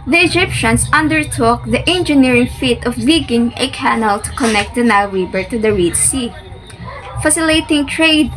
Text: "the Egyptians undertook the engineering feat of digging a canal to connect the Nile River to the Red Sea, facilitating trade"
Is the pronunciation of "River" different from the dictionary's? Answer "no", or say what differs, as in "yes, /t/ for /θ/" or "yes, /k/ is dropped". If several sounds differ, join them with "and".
yes, /b/ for /v/